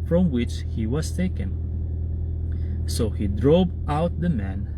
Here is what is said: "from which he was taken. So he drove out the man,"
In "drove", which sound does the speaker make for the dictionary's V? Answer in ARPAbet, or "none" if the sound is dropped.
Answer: P